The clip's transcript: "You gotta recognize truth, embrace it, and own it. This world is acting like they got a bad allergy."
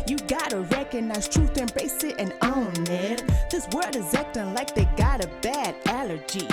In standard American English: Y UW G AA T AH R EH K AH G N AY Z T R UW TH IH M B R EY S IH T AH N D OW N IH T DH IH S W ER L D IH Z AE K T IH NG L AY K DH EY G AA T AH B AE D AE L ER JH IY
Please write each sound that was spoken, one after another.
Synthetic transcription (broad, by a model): Y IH G AA T AH R EH K AH G N AY Z T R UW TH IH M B EY S IH T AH N OW N IH T DH IH S W ER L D IH Z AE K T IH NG L AY K DH EY G AA T AH B AE D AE L ER JH IY